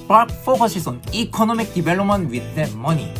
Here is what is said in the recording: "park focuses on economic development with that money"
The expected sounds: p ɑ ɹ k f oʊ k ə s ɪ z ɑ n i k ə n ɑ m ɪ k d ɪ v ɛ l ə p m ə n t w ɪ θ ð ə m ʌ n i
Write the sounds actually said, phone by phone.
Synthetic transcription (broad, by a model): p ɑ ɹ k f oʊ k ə ʃ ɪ s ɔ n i k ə n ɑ m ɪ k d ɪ b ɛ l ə m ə n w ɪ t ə m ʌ n i